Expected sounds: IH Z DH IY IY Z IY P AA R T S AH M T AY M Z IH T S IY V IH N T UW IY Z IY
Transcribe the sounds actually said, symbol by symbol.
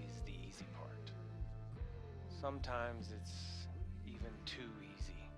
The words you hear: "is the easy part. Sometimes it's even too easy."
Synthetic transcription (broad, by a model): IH Z DH IY IY Z IY P AA R T S AH M T AY M Z IH T S IY V IH N T UW IY Z IY